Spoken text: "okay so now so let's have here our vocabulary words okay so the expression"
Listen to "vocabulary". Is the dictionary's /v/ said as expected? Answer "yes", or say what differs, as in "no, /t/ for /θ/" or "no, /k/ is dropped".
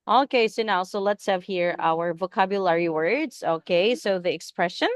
yes